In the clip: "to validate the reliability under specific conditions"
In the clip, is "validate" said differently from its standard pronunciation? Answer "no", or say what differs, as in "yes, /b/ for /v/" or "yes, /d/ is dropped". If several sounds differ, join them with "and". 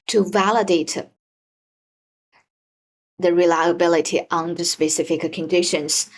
no